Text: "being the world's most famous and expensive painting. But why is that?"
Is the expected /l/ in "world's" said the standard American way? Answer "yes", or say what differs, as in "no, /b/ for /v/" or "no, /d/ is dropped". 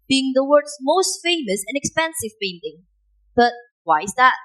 no, /l/ is dropped